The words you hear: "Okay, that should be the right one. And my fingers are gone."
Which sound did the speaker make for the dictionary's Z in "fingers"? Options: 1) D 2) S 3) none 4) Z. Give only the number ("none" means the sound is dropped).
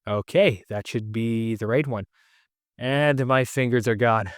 4